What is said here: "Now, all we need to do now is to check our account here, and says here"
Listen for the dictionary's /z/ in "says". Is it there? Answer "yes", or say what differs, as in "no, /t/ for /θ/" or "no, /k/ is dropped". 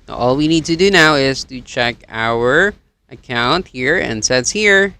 no, /s/ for /z/